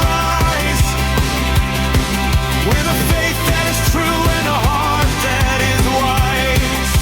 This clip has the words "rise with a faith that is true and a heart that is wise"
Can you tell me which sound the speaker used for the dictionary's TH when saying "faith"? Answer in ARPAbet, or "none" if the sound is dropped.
T